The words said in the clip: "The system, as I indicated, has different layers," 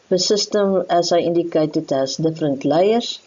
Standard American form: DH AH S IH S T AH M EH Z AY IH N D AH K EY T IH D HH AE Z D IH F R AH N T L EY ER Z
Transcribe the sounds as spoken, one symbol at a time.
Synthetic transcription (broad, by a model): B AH S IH S T AH M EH S AY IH N D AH K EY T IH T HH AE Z D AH F R AH N T L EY ER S